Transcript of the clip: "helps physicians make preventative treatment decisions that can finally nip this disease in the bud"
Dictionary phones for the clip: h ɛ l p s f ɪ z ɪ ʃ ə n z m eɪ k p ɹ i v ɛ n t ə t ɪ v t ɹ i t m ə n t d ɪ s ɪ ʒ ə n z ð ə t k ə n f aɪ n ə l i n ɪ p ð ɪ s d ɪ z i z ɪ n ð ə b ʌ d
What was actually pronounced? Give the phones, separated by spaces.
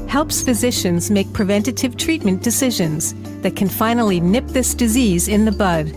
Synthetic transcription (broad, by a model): h ɛ l p s f ɪ z ɪ ʃ ə n z m eɪ k p ɹ i v ɛ n t ə t ɪ v t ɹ i t m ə n d ɪ s ɪ ʒ ə n z ð ə t k ə n f aɪ n l i n ɪ p ð ɪ s d ɪ z i z ɪ n ð ə b ʌ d